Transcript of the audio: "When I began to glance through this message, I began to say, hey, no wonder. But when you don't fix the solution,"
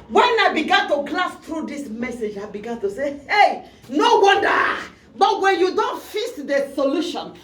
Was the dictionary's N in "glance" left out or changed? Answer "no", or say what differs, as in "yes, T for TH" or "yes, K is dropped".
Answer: yes, N is dropped